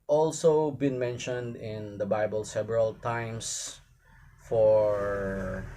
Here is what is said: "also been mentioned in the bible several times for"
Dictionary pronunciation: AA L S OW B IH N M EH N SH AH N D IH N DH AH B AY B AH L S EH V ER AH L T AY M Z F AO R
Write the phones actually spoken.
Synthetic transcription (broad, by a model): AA L S OW B IH N M EH N SH AH N D IH N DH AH B AY B AH L S EH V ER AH L T AY M S F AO R